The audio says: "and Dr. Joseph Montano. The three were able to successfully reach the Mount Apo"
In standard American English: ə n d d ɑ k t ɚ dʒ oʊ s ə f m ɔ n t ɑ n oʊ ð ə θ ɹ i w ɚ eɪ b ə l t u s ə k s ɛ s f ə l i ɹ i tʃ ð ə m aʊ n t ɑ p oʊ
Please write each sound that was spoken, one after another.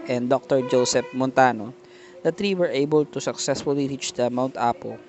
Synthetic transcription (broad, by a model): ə n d d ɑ k t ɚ dʒ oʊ s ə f m ɔ n t ɑ n oʊ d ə t ɹ i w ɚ eɪ b ə l t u s ə k s ɛ s f ə l i ɹ i tʃ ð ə m aʊ n t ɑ p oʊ